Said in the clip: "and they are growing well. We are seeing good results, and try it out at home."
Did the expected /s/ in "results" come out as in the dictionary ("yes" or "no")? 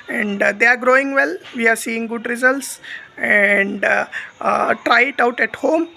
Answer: yes